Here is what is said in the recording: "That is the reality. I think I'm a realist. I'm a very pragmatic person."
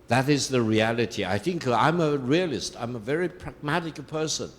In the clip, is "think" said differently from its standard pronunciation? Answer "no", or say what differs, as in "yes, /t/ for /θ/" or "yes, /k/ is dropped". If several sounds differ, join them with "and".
no